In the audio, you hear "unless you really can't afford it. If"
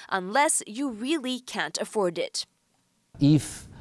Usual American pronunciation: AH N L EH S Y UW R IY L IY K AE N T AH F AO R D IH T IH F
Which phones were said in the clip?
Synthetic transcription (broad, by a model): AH N L EH S Y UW R IY L IY K AE N T AH F AO R D IH T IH F